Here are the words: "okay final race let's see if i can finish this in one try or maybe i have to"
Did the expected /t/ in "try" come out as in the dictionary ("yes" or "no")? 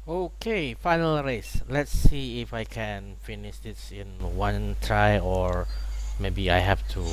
yes